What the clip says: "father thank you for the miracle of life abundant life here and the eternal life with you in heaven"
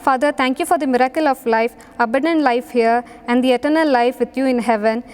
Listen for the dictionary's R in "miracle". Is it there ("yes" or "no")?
yes